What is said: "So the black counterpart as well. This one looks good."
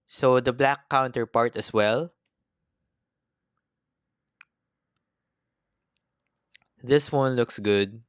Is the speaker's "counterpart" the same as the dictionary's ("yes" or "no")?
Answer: yes